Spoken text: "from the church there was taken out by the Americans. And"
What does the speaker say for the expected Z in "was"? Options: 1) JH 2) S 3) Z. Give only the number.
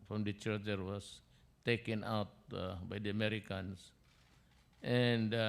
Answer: 2